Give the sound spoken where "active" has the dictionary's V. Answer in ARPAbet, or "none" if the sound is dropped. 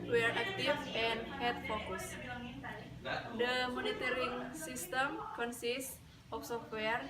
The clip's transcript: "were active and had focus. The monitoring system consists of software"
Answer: F